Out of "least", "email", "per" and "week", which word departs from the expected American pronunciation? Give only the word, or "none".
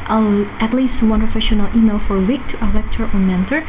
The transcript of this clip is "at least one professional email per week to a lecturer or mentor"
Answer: per